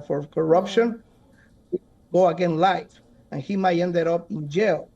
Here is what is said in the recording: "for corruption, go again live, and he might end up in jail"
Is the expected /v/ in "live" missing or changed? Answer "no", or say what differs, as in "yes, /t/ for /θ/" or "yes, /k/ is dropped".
yes, /f/ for /v/